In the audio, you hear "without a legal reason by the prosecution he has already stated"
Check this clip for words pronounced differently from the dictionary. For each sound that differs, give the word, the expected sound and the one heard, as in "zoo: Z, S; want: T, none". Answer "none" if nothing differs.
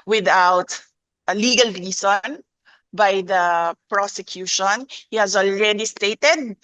reason: Z, S